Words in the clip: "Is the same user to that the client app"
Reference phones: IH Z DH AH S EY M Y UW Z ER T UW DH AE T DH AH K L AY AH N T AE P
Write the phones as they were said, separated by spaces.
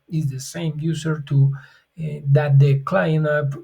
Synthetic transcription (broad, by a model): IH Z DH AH S EY M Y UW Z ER T UW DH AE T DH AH K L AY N AH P